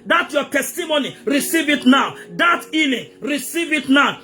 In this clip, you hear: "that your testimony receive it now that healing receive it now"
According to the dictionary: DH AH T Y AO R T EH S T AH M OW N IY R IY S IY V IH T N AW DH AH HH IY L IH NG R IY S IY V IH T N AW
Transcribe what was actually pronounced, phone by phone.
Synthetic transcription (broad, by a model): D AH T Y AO T EH S T AH M OW N IY R IY S IY V IH T N AW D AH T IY N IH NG R IY S IY V IH T N AW